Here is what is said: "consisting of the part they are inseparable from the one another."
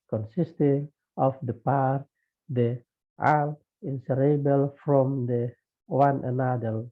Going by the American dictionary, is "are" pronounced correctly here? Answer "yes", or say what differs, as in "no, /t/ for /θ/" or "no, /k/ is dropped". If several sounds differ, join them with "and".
no, /l/ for /ɹ/